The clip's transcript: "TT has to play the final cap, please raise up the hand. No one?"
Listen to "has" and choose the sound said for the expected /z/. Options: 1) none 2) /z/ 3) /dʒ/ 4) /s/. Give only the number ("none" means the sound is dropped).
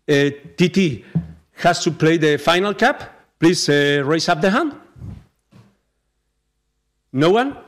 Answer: 4